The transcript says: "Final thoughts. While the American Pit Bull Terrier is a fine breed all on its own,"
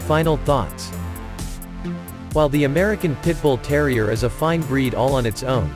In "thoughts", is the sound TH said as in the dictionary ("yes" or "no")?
yes